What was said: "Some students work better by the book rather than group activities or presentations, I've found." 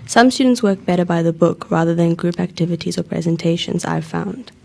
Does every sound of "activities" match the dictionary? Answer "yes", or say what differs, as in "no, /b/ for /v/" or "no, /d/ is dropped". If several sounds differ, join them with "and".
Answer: yes